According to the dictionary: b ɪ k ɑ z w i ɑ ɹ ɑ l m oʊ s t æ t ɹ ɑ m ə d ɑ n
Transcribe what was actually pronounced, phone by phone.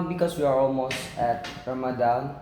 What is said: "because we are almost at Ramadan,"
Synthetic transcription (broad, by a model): b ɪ k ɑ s w i ɑ ɹ ɑ l m oʊ s t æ t ɹ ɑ m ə d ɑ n